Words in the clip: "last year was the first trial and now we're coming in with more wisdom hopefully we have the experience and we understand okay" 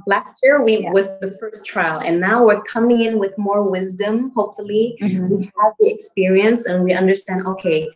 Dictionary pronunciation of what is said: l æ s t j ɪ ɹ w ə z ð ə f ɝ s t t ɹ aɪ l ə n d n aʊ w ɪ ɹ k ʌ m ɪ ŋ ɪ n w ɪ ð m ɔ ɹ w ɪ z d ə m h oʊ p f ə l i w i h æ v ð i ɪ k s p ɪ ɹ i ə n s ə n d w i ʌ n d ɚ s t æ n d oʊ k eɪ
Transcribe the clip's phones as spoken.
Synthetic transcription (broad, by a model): l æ s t j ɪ ɹ w ə z ð ə f ɝ s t t ɹ aɪ l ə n n aʊ w ɪ ɹ k ʌ m ɪ ŋ ɪ n w ɪ ð m ɔ ɹ w ɪ z d ə m h oʊ p f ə l i w i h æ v ð i ɪ k s p ɪ ɹ i ə n s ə n w i ʌ n d ɚ s t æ n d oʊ k eɪ